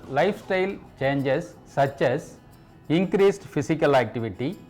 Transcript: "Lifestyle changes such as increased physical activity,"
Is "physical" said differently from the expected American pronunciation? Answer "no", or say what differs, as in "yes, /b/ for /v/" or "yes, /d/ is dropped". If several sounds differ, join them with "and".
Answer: yes, /s/ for /z/